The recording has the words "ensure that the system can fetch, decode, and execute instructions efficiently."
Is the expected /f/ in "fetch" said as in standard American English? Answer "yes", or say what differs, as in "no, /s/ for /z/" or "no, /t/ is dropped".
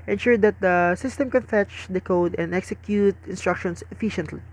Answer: yes